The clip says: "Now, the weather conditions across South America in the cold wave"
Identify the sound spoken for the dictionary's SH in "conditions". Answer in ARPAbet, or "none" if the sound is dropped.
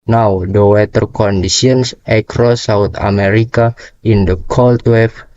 S